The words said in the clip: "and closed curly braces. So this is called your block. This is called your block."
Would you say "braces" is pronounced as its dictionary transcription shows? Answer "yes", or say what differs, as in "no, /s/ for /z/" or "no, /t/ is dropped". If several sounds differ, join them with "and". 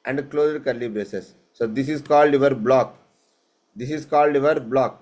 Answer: no, /ɹ/ is dropped